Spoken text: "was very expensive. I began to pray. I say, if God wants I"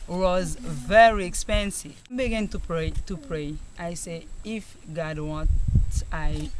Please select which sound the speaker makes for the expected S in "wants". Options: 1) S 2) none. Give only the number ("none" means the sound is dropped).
2